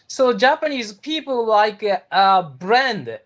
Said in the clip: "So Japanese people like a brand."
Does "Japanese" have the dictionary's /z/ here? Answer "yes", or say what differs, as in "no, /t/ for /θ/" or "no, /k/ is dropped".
yes